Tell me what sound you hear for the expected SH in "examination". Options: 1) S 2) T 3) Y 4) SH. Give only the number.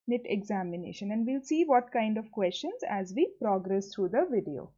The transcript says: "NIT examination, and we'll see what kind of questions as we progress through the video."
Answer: 4